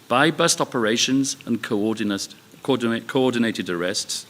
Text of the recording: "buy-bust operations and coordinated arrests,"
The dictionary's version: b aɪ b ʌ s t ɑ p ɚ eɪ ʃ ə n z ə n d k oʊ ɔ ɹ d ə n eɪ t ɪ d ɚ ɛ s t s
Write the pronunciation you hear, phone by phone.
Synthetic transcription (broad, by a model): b aɪ b ʌ s t ɑ p ɚ eɪ ʃ ə n z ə n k k oʊ ɔ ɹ d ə n eɪ t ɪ d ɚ ɛ s t s